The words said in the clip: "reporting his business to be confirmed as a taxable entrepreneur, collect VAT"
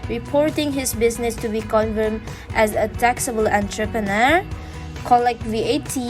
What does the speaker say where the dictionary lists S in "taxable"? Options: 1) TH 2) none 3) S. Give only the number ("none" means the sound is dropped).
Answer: 3